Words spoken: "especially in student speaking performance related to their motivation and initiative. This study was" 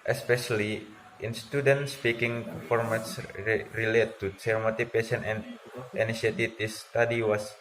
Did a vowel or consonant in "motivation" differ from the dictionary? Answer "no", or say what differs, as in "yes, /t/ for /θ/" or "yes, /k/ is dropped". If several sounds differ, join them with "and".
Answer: yes, /p/ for /v/